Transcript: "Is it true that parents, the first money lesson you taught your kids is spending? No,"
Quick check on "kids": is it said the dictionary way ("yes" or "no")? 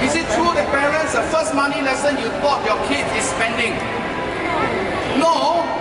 no